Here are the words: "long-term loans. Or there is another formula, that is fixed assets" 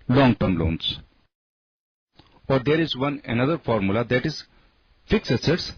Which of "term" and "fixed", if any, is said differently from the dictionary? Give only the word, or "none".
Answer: fixed